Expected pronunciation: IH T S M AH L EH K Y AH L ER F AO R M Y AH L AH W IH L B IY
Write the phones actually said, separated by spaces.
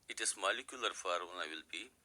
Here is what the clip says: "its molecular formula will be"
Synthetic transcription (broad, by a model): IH T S M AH L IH K Y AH L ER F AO R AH N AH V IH L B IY